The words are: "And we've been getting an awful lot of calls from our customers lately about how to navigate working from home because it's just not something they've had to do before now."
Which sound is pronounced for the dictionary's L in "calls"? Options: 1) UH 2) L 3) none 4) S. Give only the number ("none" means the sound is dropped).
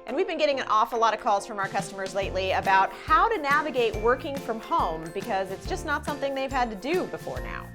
2